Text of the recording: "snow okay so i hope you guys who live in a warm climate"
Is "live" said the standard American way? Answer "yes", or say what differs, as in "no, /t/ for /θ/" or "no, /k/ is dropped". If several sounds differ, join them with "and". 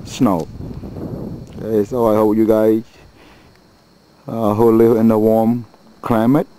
no, /v/ is dropped